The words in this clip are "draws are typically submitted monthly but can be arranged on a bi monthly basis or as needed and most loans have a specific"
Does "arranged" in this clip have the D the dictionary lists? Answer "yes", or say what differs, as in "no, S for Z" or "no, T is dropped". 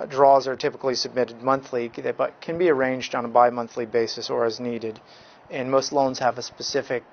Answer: yes